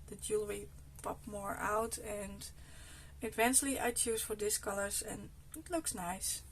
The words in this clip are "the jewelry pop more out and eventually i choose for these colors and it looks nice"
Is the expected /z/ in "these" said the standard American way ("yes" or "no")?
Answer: no